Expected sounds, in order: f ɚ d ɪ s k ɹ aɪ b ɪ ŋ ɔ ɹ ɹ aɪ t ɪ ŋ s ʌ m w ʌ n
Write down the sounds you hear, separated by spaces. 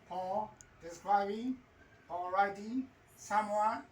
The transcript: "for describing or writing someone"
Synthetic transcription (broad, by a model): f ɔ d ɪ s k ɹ aɪ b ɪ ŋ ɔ l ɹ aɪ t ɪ s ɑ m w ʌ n